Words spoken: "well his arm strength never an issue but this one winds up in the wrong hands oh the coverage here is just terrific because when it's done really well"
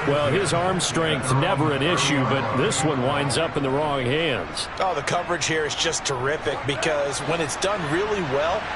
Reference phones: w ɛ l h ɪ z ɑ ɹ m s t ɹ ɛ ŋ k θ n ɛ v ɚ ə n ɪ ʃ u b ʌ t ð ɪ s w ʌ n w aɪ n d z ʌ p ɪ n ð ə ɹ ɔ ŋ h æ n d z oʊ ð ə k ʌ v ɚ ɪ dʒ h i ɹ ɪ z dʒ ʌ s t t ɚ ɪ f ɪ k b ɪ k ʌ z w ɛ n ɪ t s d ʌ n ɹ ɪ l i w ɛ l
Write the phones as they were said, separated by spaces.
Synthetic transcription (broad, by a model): w ɛ l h ɪ z ɑ ɹ m s t ɹ ɛ ŋ k θ n ɛ v ɚ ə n ɪ ʃ u b ʌ t ð ɪ s w ʌ n w aɪ n d z ʌ p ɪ n ð ə ɹ ɔ ŋ h æ n d z oʊ ð ə k ʌ v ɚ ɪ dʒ h i ɹ ɪ z dʒ ʌ s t t ɚ ɪ f ɪ k b ɪ k ʌ z w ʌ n ɪ t s d ʌ n ɹ ɪ l i w ɛ l